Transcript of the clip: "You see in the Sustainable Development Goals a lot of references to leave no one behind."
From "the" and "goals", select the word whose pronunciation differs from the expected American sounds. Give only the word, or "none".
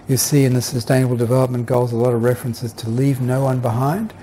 none